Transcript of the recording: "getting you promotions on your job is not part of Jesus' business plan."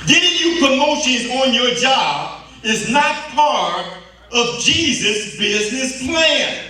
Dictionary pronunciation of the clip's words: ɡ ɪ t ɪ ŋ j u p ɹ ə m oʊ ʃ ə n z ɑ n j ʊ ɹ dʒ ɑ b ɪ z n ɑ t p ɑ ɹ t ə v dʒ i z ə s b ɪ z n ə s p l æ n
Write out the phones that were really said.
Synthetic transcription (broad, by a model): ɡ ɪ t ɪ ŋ j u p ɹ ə m oʊ ʃ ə n ɑ n j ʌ ɹ dʒ ɑ b ɪ z n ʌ t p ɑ ɹ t ə v dʒ i z ə s b ɪ z n ə s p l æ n